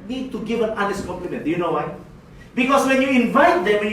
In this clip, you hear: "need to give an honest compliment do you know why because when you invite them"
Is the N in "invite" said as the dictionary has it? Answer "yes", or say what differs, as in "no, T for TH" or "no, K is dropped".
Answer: yes